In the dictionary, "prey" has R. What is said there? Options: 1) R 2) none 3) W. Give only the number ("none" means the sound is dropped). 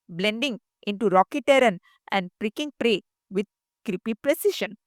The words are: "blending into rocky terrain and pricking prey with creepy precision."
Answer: 1